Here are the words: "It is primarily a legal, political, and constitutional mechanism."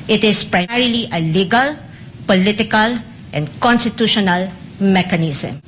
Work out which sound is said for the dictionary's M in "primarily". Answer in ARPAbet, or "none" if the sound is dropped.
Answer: none